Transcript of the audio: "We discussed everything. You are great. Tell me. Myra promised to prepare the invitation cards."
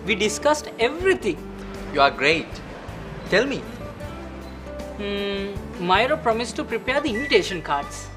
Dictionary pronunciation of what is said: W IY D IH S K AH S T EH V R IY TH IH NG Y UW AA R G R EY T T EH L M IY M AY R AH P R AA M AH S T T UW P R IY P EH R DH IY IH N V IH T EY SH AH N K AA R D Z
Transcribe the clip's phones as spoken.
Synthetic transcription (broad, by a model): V IY D IH S K AH S T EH V R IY T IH NG Y UW AA R G R EY T T EH L M IY M AY R AH P R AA M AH S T T UW P R IY P EH R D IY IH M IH T EY SH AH N K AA R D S